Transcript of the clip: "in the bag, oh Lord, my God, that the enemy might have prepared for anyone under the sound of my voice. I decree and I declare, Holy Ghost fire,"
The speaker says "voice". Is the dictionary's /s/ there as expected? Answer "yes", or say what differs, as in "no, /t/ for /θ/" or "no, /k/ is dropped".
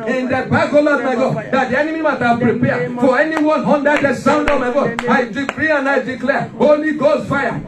no, /s/ is dropped